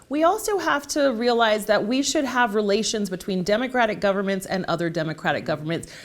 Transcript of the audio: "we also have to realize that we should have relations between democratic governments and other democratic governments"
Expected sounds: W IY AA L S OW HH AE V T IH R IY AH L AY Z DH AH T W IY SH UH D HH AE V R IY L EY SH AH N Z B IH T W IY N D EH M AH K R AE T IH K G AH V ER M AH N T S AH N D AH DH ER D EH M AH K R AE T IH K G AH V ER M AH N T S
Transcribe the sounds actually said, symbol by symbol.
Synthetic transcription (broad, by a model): W IY AA L S OW HH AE F T IH R IY AH L AY Z DH AH T W IY SH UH D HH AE V R IY L EY SH AH N Z B IH T W IY N D EH M AH K R AE T IH K G AH V ER M AH N T S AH N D AH DH ER D EH M AH K R AE T IH K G AH V ER M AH N T S